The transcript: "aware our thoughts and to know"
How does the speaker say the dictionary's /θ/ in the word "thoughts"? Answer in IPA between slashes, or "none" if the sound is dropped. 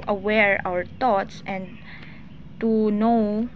/t/